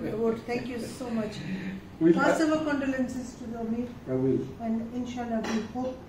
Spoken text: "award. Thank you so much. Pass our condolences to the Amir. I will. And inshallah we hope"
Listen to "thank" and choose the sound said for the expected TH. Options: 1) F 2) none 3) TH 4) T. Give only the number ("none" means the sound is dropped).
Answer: 4